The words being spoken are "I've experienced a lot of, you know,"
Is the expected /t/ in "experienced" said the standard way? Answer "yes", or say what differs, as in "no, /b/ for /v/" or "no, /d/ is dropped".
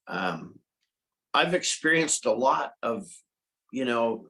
yes